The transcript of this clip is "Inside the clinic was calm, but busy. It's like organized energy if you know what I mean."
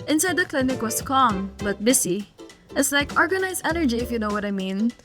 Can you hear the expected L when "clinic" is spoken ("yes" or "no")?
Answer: yes